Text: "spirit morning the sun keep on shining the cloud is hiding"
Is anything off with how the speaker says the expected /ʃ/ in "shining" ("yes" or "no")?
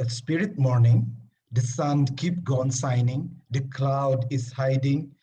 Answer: yes